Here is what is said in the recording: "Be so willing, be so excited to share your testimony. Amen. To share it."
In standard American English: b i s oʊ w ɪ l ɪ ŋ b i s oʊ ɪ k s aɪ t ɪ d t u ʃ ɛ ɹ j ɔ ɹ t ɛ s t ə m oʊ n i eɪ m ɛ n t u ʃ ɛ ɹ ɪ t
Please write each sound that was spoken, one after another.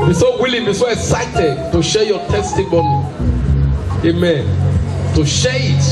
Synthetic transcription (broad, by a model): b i s oʊ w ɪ l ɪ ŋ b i s oʊ ɪ k s aɪ t ɪ d t u ʃ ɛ j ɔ t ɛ s t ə m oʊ n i eɪ m ɛ n t u ʃ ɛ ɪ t